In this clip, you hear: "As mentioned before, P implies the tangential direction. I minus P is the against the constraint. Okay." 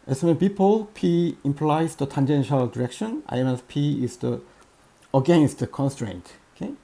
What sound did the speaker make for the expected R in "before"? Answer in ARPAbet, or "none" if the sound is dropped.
L